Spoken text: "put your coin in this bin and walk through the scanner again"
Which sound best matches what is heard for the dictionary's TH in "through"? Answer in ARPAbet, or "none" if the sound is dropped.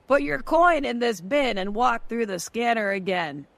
TH